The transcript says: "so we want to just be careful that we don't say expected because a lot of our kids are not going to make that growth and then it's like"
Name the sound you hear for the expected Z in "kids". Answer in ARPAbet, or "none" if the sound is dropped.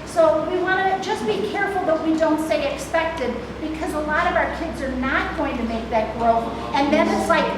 Z